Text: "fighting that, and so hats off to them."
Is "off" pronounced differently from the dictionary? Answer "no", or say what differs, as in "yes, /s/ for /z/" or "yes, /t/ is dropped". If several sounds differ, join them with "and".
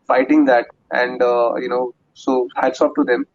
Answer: yes, /p/ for /f/